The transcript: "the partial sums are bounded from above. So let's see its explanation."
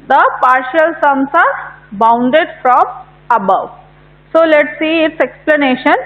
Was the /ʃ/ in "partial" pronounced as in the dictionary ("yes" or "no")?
yes